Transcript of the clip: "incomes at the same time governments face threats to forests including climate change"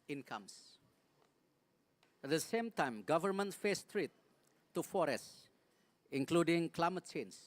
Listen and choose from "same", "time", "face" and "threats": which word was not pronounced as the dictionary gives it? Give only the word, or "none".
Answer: threats